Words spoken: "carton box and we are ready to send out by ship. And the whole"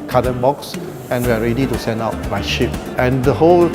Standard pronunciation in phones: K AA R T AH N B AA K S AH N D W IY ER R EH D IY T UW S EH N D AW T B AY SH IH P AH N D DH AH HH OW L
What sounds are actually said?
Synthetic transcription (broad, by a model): K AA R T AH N B AA K S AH N W IY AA R EH D IY T UW S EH N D AW T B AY SH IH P AH N D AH HH OW L